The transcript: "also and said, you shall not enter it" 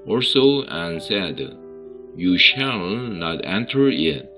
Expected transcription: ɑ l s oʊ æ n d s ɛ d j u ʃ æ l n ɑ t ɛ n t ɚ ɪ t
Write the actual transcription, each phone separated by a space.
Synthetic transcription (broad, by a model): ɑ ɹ s oʊ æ n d s ɛ d j u ʃ æ l n ɑ t ɛ n t ɚ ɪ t